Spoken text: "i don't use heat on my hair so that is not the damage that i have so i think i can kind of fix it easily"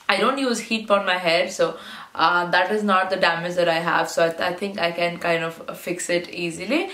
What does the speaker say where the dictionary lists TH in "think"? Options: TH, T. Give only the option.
T